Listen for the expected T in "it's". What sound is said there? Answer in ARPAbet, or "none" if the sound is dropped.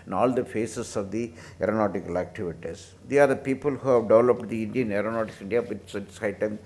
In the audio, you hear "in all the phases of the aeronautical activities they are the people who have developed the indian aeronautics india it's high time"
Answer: S